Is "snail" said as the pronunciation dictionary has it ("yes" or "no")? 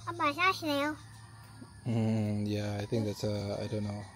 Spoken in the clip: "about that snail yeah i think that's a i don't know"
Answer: no